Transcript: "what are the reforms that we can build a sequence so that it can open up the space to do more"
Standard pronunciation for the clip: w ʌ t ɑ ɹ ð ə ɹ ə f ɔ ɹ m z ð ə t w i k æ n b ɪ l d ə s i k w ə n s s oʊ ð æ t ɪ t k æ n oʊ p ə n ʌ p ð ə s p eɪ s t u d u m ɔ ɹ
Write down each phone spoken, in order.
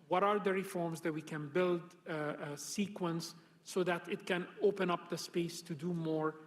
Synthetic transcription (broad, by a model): w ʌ t ɑ ɹ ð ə ɹ ə f ɔ ɹ m z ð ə t w i k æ n b ɪ l d s i k w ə n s s oʊ ð æ t ɪ t k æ n oʊ p ə n ʌ p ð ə s p eɪ s t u d u m ɔ ɹ